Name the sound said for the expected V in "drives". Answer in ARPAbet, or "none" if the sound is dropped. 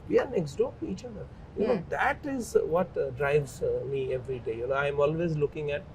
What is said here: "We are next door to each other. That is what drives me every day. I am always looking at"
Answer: V